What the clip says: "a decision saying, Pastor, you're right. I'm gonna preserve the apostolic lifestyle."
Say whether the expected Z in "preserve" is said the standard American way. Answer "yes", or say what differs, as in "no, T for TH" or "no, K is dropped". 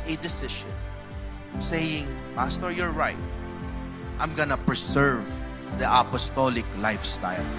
no, S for Z